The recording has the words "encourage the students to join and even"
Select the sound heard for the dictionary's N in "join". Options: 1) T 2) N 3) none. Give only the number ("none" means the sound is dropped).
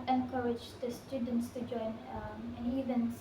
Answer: 2